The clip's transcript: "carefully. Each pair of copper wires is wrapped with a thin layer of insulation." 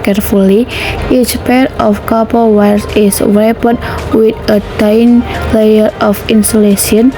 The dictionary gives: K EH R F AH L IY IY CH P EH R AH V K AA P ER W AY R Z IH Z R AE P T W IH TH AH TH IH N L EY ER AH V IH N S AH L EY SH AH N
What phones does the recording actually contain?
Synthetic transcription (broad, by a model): K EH R F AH L IY IY CH P EH R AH F K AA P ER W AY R S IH S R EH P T W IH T AH T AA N L EY ER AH F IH N S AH L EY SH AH N